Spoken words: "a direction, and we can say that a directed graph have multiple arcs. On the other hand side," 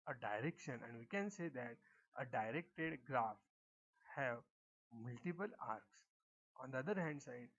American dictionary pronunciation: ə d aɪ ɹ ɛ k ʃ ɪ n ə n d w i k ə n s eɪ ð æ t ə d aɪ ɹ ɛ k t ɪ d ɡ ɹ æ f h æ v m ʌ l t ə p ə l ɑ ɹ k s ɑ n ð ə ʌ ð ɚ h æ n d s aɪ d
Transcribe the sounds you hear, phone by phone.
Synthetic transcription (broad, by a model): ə d aɪ ɹ ɛ k ʃ ɪ n ə n d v i k ə n s eɪ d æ t ə d aɪ ɹ ɛ k t ɪ d ɡ ɹ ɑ f h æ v m ʌ l t ə p ə l ɑ ɹ k s ɑ n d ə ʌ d ɚ h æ n d s aɪ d